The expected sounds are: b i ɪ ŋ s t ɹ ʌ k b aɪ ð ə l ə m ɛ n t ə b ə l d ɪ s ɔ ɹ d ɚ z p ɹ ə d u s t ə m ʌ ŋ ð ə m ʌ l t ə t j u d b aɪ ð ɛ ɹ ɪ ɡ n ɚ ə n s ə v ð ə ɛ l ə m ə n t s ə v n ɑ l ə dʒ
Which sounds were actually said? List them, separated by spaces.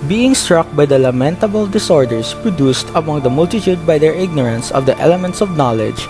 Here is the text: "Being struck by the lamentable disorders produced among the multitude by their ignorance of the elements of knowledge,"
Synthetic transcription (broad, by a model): b i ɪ ŋ s t ɹ ʌ k b aɪ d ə l ə m ɛ n t ə b ə l d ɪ s ɔ ɹ d ɚ s p ɹ ə d u s t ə m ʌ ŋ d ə m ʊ l t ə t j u d b aɪ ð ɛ ɹ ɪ ɡ n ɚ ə n s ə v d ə ɛ l ə m ə n t s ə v n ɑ l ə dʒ